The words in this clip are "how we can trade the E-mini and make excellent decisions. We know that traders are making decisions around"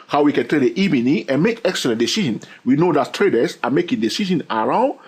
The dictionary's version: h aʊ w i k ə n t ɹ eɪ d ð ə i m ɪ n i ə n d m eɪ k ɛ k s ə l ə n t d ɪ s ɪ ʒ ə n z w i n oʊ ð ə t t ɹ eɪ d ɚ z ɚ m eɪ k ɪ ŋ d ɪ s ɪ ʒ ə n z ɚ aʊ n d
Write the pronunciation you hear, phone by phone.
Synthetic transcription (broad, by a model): h aʊ w i k ə n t eɪ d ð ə i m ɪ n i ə n m eɪ k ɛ k s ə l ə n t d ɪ s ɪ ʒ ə n w i n oʊ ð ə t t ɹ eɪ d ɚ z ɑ m eɪ k ɪ ŋ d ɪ s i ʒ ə n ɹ aʊ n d